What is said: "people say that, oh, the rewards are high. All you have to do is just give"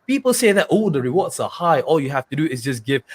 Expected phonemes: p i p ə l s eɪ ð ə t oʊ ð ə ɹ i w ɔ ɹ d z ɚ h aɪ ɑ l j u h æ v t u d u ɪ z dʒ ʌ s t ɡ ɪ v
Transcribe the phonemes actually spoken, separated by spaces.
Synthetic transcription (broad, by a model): p i p ə l s eɪ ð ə t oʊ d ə ɹ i w ɔ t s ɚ h aɪ ɑ l j u h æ f t u d u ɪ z dʒ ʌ s ɡ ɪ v